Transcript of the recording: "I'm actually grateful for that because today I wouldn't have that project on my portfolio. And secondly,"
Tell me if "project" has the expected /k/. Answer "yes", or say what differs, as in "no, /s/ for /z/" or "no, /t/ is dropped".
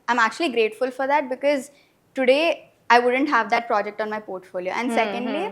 yes